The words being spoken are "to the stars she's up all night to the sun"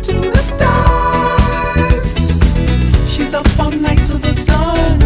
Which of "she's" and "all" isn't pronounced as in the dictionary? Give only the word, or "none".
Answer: all